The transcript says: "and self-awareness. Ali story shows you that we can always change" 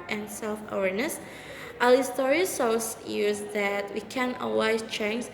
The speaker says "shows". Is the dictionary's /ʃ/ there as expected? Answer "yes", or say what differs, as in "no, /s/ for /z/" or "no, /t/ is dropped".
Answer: no, /s/ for /ʃ/